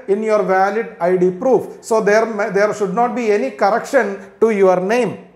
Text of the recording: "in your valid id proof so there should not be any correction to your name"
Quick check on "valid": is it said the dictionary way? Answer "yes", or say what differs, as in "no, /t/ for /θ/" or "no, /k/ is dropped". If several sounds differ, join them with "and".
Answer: yes